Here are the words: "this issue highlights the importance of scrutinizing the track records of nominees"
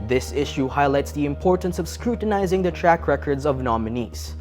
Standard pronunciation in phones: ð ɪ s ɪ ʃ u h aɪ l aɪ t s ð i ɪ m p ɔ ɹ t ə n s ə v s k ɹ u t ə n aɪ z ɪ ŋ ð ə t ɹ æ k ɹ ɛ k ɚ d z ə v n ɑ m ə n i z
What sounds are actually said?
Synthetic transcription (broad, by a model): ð ɪ s ɪ ʃ u h aɪ l aɪ t s ð i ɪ m p ɔ ɹ t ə n s ə v s k ɹ u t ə n aɪ z ɪ ŋ ð ə t ɹ æ k ɹ ɛ k ɚ d z ə v n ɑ m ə n i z